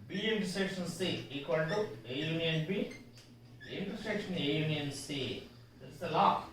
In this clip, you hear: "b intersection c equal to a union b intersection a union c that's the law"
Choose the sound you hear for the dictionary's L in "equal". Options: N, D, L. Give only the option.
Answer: N